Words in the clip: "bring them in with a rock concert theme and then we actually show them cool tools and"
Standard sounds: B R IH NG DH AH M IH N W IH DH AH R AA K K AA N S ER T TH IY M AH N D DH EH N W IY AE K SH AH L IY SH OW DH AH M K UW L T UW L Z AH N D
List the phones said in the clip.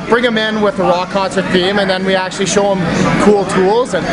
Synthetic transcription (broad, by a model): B R IH NG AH M IH N W IH DH AH R AA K K AA N S ER T F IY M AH N DH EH N W IY AE K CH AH L IY SH OW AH M K UW L T UW L Z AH N